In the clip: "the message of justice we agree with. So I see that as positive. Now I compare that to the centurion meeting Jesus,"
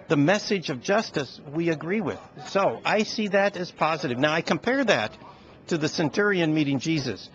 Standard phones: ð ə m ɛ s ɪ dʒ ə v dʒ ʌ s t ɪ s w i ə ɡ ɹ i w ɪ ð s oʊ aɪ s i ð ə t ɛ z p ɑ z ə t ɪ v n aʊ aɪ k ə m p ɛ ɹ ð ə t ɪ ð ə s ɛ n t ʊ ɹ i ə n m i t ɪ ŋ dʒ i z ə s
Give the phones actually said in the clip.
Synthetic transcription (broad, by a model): ð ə m ɛ s ɪ dʒ ə v dʒ ʌ s t ɪ s w i ə ɡ ɹ i w ɪ ð s oʊ aɪ s i ð ə t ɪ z p ɑ z ə t ɪ v n aʊ aɪ k ə m p ɛ ɹ ð ə t ɪ ð ə s ɛ n t ʊ ɹ i ə n m i t ɪ ŋ dʒ i z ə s